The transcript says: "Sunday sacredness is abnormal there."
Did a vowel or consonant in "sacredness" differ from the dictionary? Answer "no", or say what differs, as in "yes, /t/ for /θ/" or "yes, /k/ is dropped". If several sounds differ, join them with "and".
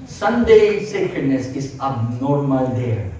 yes, /ɹ/ is dropped